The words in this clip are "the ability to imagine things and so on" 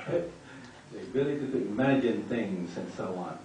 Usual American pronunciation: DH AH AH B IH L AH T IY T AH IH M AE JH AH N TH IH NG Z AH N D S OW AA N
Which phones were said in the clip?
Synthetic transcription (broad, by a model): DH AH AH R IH L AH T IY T IH M AE JH AH N TH IH NG Z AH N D S OW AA N